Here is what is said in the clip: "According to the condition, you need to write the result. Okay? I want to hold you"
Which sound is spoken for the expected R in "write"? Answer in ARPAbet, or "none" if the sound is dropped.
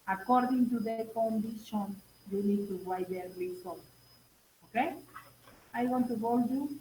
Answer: W